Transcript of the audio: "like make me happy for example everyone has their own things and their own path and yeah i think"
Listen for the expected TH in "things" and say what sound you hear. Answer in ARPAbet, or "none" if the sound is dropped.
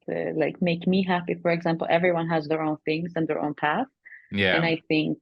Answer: TH